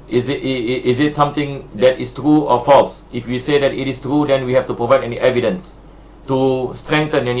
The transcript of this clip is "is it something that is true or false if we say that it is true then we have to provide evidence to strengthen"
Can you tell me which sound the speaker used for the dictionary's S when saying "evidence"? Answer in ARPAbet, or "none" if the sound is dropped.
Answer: S